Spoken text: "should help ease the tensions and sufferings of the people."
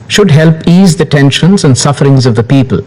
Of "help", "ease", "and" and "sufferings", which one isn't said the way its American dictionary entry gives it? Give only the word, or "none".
none